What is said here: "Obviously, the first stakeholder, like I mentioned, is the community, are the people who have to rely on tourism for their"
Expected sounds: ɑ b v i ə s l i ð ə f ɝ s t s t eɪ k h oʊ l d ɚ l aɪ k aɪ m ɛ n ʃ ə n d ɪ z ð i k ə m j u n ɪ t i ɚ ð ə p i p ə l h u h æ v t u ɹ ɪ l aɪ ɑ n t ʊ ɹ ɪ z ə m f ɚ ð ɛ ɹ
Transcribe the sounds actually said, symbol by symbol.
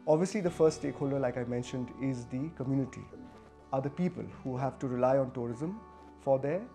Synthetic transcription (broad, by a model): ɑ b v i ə s l i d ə f ɝ s t s t eɪ k h oʊ l d ɚ l aɪ k aɪ m ɛ n ʃ ə n d ɪ z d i k ə m j u n ɪ t i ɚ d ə p i p ə l h u h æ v t u ɹ ɪ l aɪ ɑ n t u ɹ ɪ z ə m f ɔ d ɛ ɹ